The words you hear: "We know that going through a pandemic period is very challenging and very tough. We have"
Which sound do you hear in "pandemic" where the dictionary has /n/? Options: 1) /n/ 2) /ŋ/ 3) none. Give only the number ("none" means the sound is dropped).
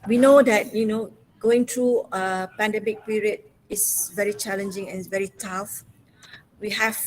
1